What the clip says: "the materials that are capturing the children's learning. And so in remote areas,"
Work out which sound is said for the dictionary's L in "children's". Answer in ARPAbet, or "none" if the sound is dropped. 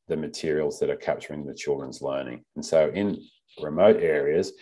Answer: L